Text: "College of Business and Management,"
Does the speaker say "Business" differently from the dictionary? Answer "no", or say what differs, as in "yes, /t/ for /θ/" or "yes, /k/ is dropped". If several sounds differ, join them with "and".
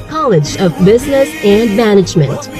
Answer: no